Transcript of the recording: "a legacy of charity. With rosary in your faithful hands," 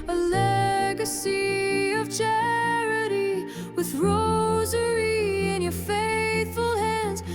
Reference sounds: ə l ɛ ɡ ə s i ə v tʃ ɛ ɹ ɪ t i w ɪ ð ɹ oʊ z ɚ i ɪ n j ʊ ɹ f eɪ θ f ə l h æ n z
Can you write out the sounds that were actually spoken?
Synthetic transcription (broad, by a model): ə l ɛ ɡ ə s i ə v tʃ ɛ ɹ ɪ t i w ɪ ð ɹ oʊ z ɚ i ɪ n j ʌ ɹ f eɪ θ f ə l h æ n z